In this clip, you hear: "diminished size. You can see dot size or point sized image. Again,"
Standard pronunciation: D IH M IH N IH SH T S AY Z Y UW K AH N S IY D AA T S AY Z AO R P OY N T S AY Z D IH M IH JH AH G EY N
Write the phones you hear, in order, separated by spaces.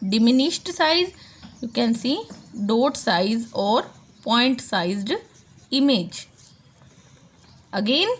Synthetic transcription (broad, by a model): D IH M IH N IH SH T S AY Z Y UW K AH N S IY D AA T S AY Z AO R P OY N T S AY Z D IH M IH JH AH G EY N